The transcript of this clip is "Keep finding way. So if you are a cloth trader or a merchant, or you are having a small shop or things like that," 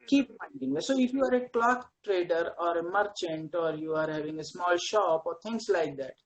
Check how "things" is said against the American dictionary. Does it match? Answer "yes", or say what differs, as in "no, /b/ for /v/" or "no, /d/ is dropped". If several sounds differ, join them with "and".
no, /t/ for /θ/